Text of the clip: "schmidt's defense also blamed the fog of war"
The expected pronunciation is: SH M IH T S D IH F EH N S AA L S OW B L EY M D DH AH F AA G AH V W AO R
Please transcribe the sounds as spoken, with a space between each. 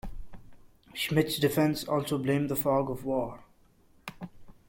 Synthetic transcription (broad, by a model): SH M IH T S D IH F EH N S AA L S OW B L EY M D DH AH F AA G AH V W AO R